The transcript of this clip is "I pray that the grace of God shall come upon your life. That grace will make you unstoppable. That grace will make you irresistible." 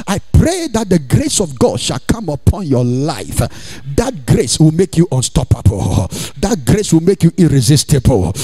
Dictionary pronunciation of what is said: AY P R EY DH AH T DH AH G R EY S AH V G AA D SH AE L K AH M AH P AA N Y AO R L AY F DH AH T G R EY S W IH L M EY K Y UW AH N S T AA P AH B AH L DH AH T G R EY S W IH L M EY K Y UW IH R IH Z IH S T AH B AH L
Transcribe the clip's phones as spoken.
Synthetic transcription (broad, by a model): AY P R EY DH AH T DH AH G R EY S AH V G AA D SH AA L K AH M AH P AA N Y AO L L AY F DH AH T G R EY S W IH L M EY K Y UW AH N S T AA P AH B AH L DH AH T G R EY S W IH L M EY K Y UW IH R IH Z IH S T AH B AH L